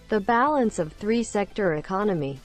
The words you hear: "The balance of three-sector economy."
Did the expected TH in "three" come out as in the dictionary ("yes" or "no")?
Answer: yes